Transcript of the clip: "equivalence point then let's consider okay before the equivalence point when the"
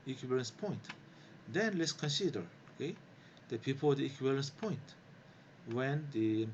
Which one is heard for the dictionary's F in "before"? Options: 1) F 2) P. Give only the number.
2